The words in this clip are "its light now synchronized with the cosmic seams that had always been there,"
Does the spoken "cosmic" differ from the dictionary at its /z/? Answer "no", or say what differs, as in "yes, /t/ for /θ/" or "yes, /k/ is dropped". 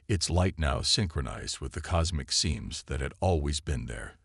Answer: no